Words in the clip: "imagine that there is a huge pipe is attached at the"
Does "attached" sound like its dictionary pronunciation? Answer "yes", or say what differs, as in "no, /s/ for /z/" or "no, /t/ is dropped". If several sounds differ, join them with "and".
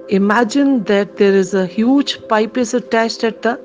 no, /ʃ/ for /tʃ/